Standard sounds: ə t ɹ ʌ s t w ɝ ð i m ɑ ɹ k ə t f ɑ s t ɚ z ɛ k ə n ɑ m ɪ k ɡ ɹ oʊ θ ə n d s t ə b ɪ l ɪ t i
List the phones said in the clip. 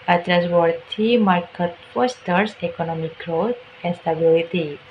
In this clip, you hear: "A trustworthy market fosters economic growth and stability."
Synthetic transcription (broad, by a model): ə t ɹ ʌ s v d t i m ɑ ɹ k ə t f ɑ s t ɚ s ɛ k ə n ɑ m ɪ k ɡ ɹ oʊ t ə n s t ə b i l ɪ t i